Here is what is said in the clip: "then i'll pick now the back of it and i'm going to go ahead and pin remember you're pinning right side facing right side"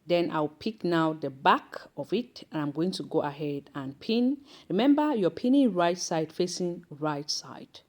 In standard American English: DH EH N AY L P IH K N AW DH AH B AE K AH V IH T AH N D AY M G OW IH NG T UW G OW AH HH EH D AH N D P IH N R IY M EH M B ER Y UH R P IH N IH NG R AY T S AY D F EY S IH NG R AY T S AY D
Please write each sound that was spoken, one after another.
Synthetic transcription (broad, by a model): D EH N AY W P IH K N AW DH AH B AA K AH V IH T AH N AY M G OW IH NG T UW G OW AH HH EH D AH N P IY N R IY M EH M B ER Y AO P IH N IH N R AY T S AY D F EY S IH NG R AY T S AY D